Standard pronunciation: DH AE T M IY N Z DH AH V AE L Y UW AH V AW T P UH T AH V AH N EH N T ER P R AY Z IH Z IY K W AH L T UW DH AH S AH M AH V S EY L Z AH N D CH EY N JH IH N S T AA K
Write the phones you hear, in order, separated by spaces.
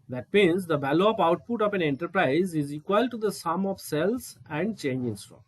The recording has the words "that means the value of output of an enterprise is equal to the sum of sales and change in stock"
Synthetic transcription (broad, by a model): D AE T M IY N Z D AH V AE L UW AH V AW T P UH T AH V AH N EH N T ER P R AY Z IH Z IY K W AH L T UW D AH S AH M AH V S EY L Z AH N D CH EY N JH IH N S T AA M